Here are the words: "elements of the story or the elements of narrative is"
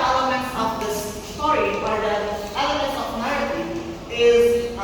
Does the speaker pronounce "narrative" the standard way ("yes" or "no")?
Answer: no